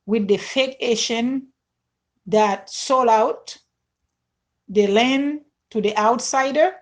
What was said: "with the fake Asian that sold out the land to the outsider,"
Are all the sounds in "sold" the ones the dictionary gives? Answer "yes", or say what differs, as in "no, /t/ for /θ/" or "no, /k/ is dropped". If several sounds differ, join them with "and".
no, /d/ is dropped